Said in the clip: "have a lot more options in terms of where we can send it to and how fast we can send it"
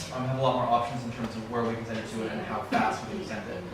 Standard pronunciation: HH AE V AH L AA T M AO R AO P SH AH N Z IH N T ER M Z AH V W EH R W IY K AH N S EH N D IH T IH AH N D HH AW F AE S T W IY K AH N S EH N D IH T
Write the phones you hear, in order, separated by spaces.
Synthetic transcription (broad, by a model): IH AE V AH L AA T M AO R AO P SH AH N Z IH N T ER M Z AH V W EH R W IY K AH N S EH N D IH T IH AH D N HH AW F AE S T W IY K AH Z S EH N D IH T